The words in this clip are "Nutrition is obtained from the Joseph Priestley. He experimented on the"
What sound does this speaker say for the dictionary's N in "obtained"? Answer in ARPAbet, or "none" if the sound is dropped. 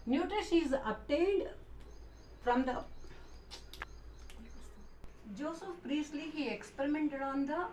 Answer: L